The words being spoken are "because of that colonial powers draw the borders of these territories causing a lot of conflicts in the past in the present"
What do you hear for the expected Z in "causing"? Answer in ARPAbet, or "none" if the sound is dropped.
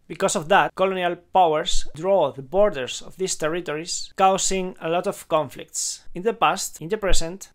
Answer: S